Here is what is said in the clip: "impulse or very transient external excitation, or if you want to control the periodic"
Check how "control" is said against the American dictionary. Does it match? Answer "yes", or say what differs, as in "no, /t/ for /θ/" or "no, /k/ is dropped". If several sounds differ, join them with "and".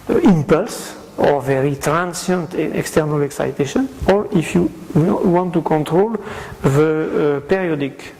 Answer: yes